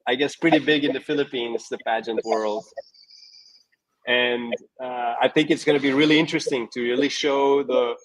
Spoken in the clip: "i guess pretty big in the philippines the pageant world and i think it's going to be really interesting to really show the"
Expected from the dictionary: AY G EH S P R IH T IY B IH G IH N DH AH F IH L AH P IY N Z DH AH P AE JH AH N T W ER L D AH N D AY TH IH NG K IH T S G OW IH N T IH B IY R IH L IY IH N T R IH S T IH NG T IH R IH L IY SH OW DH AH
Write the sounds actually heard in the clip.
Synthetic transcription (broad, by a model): AY G EH S P R IH T IY B IH G IH N DH AH F IH L AH P IY N Z DH AH P AE JH AH N T W ER L D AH N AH AY TH IH NG K IH T S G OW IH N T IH B IY R IH L IY IH N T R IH S T IH NG T IH R IH L IY SH OW DH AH